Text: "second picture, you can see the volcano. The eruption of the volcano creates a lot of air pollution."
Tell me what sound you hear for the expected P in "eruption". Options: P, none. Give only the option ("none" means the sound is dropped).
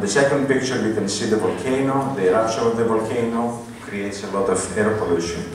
none